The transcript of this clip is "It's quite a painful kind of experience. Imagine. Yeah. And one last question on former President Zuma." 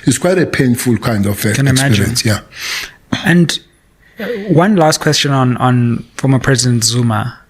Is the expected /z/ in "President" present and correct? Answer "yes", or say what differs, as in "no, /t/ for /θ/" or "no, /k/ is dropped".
yes